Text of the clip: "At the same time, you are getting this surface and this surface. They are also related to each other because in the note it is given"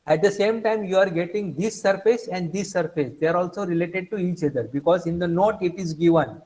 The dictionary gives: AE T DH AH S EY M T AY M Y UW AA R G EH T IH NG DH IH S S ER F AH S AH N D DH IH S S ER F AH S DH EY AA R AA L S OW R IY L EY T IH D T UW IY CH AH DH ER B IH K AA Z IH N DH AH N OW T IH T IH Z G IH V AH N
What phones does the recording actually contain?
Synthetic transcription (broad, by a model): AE T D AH S EY M T AY M Y UW AA R G EH T IH NG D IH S S ER F AH S AH N D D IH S S ER F AH S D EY AA R AA L S OW R IY L EY T IH D T UW IY CH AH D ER B IH K AA Z IH N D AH N OW T IH T IH Z G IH V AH N